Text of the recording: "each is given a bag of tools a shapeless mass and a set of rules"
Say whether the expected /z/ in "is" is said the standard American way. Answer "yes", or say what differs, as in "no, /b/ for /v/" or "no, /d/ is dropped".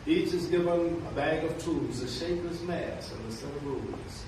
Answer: yes